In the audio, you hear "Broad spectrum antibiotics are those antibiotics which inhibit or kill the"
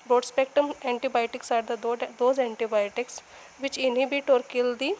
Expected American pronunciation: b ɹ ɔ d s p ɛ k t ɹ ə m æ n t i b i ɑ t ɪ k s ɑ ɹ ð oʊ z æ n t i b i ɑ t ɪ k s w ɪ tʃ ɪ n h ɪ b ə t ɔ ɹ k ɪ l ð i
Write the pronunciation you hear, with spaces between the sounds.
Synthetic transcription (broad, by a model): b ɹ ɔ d s p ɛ k t ə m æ n t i b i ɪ t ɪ k s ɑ ɹ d oʊ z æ n t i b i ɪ t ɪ k s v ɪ tʃ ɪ n h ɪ b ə t ɔ ɹ k ɪ l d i